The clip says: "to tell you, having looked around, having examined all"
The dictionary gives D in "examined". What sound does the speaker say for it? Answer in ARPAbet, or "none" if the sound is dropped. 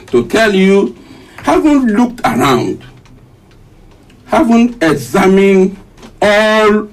none